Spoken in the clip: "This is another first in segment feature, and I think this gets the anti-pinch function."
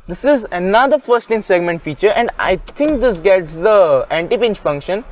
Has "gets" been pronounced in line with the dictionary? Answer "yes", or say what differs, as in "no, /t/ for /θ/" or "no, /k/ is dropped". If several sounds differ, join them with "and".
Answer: yes